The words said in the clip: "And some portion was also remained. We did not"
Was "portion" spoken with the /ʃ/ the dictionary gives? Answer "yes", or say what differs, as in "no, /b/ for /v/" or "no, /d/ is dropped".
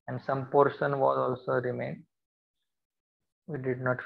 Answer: no, /s/ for /ʃ/